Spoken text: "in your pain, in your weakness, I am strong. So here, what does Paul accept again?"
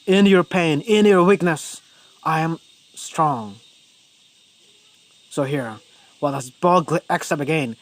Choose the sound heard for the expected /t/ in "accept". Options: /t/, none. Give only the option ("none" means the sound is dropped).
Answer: none